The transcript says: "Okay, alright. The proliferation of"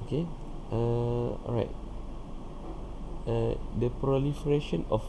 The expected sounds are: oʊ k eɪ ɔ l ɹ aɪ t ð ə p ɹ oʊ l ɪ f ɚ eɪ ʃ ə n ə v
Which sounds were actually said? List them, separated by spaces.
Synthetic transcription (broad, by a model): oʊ k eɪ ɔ ɹ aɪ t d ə p ɹ oʊ l ɪ f ɚ eɪ ʃ ə n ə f